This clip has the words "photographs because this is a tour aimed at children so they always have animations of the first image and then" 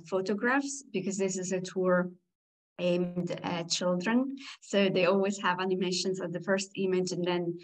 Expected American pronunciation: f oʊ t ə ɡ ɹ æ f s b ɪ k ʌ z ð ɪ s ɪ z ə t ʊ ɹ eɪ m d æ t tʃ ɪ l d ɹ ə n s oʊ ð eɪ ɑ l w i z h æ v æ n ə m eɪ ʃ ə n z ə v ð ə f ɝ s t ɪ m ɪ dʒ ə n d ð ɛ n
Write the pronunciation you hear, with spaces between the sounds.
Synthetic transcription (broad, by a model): f oʊ t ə ɡ ɹ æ f s b ɪ k ʌ z ð ɪ s ɪ z ə t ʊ ɹ eɪ m d tʃ ɪ l d ɹ ə n s oʊ ð eɪ ɑ l w i z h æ v æ n ə m eɪ ʃ ə n z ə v ð ə f ɝ s t ɪ m ɪ dʒ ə n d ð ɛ n